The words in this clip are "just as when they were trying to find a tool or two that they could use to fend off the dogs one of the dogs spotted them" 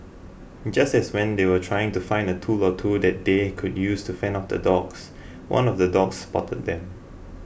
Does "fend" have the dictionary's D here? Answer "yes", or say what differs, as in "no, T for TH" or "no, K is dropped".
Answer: no, D is dropped